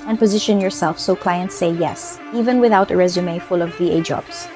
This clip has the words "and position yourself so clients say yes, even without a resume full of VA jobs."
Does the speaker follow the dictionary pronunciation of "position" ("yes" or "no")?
yes